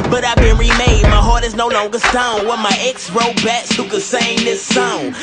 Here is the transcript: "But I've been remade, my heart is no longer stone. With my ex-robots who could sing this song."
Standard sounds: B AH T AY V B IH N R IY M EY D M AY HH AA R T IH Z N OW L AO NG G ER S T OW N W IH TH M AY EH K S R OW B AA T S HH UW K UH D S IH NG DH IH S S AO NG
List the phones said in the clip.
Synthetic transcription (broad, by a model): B AH T AY V B IH N R IY M EY D M AY HH AA R T IH Z N OW L AO NG G ER S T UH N W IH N M AY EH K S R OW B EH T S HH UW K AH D S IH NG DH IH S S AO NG